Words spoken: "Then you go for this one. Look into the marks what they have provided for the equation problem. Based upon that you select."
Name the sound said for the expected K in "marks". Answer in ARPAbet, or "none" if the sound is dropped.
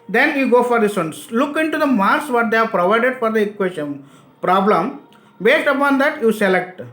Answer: none